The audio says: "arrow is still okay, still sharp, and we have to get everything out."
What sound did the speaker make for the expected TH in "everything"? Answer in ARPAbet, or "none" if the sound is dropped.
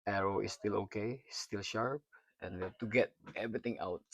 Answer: T